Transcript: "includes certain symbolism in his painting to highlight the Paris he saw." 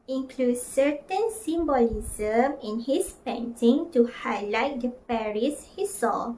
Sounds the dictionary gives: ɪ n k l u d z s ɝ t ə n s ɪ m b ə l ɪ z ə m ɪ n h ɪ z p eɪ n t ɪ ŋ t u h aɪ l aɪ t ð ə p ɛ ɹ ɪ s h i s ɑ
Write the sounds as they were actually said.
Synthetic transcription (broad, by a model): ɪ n k l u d s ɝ t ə n s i m b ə l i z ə m ɪ n h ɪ s p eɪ n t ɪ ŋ t u h aɪ l aɪ t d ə p ɛ ɹ ɪ s h i s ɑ